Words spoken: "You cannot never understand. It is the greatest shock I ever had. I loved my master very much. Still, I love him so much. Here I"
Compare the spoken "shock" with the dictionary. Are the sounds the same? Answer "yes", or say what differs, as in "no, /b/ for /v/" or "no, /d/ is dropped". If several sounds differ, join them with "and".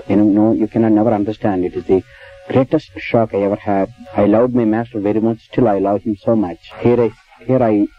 yes